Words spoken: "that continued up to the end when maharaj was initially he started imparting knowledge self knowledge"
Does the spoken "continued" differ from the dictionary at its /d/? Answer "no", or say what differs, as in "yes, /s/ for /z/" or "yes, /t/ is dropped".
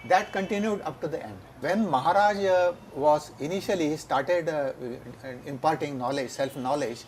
no